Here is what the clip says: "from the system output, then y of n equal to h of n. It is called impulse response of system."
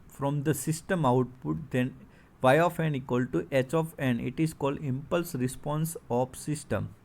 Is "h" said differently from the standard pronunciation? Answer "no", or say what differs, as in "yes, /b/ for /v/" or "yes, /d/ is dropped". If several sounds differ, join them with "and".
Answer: no